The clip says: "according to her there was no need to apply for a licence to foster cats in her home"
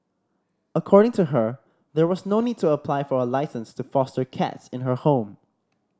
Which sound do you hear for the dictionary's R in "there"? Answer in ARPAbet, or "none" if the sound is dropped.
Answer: R